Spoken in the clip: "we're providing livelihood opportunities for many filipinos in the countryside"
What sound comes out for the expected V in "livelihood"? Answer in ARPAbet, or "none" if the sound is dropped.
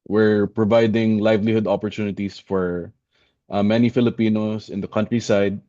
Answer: V